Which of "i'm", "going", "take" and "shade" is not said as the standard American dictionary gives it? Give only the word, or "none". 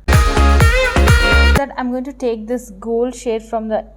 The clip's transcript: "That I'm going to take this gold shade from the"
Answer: none